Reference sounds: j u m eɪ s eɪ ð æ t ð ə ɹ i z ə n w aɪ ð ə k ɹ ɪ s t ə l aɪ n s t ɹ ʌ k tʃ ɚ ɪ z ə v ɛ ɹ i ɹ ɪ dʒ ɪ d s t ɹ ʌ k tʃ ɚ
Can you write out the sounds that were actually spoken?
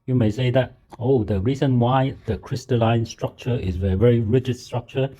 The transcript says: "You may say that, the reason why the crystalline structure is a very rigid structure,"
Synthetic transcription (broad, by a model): j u m eɪ s eɪ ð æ t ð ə ɹ i z ə n w aɪ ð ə k ɹ ɪ s t ə l aɪ n s t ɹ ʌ k tʃ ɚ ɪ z ə v ɛ ɹ i ɹ ɪ dʒ ɪ d s t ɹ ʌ k tʃ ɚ